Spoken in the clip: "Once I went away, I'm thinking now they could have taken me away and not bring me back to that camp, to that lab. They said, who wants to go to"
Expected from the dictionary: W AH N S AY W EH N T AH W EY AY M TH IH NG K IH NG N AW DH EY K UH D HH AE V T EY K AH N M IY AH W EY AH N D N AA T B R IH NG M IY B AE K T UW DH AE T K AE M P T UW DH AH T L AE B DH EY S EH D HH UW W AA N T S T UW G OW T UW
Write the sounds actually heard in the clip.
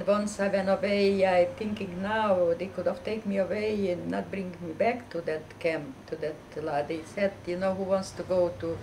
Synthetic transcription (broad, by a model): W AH N S AY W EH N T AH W EY AY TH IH NG K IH NG N AW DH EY K UH D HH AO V T EY AH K M IY AH W EY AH N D N AA T B R IH NG M IY B AE K T UW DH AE T K AE M P T UW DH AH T L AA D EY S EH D HH UW W AA N T S T UW G OW T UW